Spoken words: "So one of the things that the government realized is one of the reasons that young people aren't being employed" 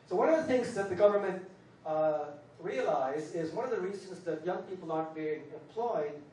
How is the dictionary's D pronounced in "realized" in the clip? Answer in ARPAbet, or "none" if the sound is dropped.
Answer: none